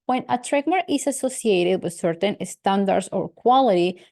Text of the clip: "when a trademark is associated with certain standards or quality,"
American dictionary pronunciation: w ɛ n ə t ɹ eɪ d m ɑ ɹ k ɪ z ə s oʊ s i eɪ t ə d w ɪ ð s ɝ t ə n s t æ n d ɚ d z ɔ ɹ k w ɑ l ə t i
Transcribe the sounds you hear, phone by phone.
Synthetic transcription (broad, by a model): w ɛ n ə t ɹ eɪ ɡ m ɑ ɹ ɪ s ə s oʊ s i eɪ t ə d w ɪ ð s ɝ t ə n s t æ n d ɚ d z ɔ ɹ k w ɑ l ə t i